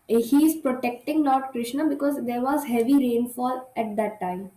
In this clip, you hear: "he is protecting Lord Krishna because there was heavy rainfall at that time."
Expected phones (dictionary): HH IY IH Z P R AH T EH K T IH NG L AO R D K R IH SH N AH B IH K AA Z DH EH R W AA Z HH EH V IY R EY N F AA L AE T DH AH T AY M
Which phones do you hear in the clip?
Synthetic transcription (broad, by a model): HH IY IH Z P R AH T EH K T IH NG L AO R D K R IH SH N AH B IH K AA Z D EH R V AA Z HH EH V IY R EY N F AA L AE T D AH T AY M